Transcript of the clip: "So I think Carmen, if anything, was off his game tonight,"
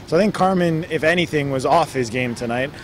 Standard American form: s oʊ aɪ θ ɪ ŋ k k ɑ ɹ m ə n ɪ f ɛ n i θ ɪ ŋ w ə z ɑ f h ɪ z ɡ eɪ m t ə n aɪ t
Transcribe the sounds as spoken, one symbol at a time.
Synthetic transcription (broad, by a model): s oʊ aɪ θ ɪ ŋ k k ɑ ɹ m ə n ɪ f ɛ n i θ ɪ ŋ w ə z ɑ f h ɪ z ɡ eɪ m t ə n aɪ t